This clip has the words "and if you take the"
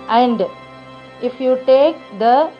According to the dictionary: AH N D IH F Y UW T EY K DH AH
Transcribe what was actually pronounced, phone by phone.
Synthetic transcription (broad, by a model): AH N D IH F Y UW T EY K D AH